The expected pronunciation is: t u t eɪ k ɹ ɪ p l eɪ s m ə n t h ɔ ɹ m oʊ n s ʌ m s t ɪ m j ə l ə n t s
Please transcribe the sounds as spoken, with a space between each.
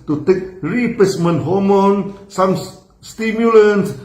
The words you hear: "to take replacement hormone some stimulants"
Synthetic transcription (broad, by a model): t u t eɪ k ɹ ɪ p eɪ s m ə n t h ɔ m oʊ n s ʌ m s t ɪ m j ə l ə n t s